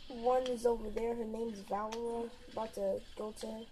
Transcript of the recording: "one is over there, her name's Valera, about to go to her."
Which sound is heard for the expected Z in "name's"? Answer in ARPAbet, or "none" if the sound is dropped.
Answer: Z